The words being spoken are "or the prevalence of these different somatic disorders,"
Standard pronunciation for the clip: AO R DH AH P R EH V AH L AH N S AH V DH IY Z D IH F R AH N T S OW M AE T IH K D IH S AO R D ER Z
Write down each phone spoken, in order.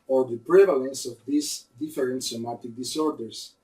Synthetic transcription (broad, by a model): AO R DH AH P R EH V AH L AH N S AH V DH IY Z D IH F R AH N T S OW M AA T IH K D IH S AO R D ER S